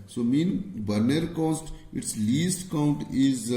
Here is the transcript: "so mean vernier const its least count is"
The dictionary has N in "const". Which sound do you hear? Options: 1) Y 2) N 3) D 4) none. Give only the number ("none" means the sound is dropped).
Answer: 4